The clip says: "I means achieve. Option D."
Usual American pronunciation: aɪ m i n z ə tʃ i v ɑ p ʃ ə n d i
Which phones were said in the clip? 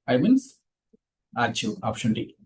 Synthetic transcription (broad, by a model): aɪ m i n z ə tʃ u ɑ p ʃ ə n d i